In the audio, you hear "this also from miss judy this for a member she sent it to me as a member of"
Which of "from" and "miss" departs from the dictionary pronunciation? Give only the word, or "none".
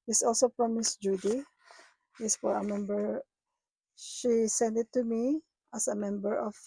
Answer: from